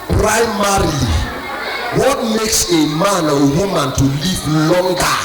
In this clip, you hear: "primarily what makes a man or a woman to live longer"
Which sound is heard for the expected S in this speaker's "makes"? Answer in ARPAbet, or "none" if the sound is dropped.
S